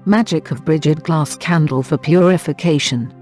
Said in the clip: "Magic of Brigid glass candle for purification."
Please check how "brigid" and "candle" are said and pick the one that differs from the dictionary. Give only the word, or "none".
none